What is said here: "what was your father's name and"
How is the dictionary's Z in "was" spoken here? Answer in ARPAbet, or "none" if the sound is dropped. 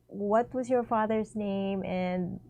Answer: Z